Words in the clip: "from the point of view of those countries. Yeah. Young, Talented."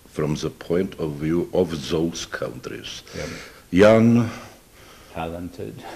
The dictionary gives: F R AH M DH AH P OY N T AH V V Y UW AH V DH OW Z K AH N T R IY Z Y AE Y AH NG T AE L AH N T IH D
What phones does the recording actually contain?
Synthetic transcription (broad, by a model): F R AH M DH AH P OY N T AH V V Y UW AH V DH OW S K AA N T R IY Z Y Y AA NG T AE L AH N T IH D